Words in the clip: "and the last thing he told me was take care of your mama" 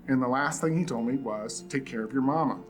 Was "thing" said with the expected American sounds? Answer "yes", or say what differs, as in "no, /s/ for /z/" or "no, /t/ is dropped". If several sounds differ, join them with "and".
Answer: yes